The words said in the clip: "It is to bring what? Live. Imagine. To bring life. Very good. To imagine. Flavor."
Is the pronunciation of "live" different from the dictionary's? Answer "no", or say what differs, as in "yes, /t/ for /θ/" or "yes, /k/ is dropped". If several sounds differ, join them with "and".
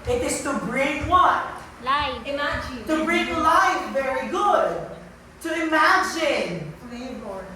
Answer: yes, /v/ is dropped